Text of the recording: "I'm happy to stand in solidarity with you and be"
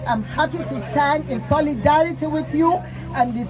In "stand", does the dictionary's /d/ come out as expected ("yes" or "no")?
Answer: yes